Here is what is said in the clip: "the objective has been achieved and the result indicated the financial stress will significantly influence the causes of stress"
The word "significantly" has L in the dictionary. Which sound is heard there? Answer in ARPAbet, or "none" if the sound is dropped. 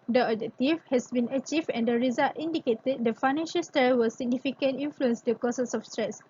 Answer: none